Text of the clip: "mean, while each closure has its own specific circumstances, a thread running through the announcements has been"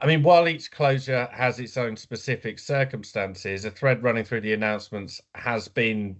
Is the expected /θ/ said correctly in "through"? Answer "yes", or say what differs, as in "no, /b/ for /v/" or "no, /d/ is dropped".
yes